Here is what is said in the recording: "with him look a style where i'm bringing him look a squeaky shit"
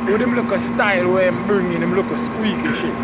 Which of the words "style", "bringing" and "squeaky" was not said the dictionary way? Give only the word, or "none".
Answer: bringing